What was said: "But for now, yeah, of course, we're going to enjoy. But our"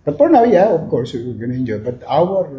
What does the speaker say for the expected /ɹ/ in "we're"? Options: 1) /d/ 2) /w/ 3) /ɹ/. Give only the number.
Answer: 2